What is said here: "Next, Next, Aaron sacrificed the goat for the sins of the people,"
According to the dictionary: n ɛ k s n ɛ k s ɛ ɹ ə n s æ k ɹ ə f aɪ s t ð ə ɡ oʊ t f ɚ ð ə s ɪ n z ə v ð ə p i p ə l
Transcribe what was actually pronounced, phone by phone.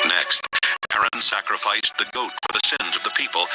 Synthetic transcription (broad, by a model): n ɛ k s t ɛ ɛ ɹ ə n s æ k ɹ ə f aɪ s ð ə ɡ oʊ t f ɚ ð ə s ɪ n z ə v ð ə p i p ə l